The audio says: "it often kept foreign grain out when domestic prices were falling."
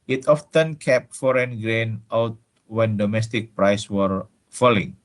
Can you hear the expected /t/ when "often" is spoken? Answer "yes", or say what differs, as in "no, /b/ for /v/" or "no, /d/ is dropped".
yes